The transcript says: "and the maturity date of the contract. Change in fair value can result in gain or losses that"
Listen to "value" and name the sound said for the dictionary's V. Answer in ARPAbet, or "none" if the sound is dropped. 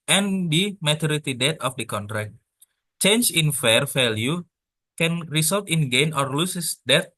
F